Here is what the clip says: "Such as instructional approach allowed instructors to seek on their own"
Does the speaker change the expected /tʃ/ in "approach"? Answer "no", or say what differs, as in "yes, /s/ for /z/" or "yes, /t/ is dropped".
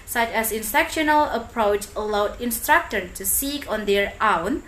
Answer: no